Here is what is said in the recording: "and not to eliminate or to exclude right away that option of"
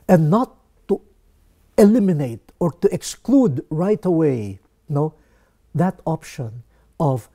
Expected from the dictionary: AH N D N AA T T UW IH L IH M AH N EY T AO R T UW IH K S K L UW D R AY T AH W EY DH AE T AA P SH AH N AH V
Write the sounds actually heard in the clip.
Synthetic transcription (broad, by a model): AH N N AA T T UW IH L IH M AH N EY T AO R T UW IH K S K L UW D R AY T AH W EY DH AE T AA P SH AH N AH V